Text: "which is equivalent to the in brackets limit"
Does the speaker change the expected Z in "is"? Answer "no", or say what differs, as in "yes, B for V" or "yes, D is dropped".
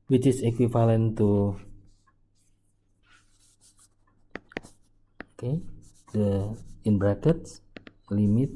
yes, S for Z